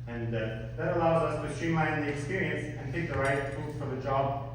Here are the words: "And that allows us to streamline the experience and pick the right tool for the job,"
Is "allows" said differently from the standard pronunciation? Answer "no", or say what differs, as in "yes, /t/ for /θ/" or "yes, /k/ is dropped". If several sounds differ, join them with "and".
no